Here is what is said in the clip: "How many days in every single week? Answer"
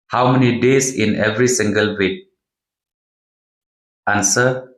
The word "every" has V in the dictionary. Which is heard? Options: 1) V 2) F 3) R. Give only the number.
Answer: 1